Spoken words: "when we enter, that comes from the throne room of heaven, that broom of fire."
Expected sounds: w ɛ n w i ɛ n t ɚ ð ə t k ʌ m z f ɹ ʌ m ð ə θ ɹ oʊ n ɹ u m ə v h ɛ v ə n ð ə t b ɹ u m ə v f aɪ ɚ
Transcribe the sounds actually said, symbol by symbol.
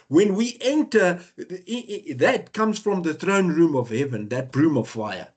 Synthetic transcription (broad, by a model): w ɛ n w i ɛ n t ɚ ð ə t k ʌ m z f ɹ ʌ m ð ə θ ɹ oʊ n ɹ u m ə v h ɛ v ə n ð ə t b ɹ u m ə v f aɪ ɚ